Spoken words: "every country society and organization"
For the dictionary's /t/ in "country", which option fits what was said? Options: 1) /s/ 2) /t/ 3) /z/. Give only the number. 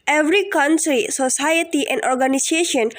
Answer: 1